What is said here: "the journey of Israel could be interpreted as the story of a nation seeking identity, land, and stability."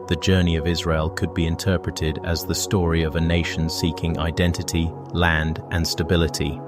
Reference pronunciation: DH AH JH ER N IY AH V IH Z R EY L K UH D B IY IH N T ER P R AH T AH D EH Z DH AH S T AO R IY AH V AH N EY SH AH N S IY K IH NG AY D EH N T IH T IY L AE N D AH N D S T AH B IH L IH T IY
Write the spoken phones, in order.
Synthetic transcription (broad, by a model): DH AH JH ER N IY AH V IH Z R EY L K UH D B IY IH N T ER P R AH T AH D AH Z DH AH S T AO R IY AH V AH N EY SH AH N S IY K IH NG AY D EH N T IH T IY L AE N D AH N S T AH B IH L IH T IY